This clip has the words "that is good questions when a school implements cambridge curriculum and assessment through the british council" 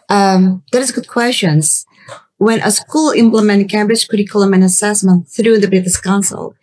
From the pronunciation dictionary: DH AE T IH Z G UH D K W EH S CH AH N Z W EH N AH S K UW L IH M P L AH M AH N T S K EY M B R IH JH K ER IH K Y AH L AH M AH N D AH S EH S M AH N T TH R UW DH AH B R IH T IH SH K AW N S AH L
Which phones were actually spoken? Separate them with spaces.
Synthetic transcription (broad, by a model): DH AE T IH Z G UH D K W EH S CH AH N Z W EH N AH S K UW L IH M P L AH M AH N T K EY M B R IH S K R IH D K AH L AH M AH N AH S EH S M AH N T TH R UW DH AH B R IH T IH S K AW N S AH L